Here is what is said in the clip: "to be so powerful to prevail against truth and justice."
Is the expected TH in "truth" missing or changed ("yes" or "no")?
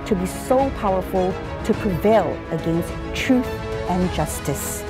no